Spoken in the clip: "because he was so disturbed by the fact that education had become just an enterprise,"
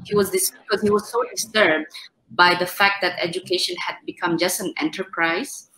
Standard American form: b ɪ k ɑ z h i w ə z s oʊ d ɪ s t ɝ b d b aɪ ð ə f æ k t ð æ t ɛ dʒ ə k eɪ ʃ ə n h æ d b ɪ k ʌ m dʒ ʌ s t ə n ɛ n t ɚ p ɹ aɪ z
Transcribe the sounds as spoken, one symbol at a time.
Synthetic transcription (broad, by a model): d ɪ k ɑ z h i w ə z s oʊ d ɪ s t ɝ b d b aɪ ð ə f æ k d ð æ t ɛ dʒ ə k eɪ ʃ ə n h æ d b ɪ k ʌ m dʒ ʌ s t ə n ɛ n t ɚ p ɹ aɪ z